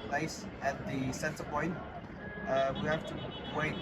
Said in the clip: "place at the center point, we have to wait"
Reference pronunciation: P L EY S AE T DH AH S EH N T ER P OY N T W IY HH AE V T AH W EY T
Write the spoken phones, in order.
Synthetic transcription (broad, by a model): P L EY S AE T DH AH S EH N S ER P OY N T W IY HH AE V T AH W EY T